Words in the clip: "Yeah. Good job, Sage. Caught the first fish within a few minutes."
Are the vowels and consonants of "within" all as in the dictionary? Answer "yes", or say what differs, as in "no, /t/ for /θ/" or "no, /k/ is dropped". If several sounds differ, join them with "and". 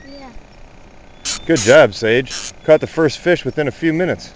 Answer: yes